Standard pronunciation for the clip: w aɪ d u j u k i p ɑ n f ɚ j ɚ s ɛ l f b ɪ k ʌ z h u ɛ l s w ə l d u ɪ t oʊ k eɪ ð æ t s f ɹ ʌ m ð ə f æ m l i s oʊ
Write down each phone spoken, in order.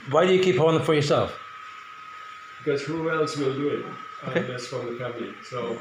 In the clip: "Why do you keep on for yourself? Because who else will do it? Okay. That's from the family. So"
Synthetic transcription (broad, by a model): w aɪ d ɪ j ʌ k i p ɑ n f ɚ j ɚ s ɛ l f b ɪ k ʌ z h u ɛ l s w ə l d u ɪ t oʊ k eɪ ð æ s f ɹ ʌ m ð ə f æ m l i s oʊ